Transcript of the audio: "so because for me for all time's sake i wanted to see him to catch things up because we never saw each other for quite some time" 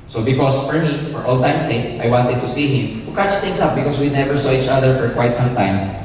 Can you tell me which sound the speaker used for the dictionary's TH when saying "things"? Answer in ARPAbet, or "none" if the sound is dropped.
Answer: T